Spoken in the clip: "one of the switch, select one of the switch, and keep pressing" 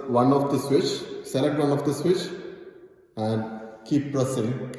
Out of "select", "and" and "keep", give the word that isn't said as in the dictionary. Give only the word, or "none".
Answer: select